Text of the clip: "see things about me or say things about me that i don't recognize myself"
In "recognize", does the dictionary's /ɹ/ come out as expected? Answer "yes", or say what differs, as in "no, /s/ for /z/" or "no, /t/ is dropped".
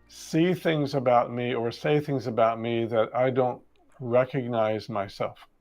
yes